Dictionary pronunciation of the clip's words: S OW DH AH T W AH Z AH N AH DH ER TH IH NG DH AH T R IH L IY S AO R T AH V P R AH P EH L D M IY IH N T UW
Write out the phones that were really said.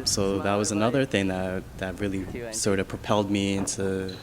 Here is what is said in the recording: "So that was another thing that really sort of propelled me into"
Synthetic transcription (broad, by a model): S OW DH AH T W AH Z AH N AH DH ER TH IH NG DH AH T R IH L IY S AO R T AH V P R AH P EH L D M IY IH N T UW